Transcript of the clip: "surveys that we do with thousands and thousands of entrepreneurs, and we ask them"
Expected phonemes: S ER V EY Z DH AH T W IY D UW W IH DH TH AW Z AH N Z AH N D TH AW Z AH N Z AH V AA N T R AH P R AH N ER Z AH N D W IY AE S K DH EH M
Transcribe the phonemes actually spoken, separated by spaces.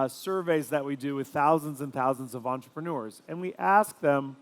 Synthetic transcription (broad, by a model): S ER V EY Z DH AH T W IY D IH W IH DH TH AW Z AH N Z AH N TH AW Z AH N Z AH V AA N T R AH P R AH N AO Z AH N W IY AE S K DH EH M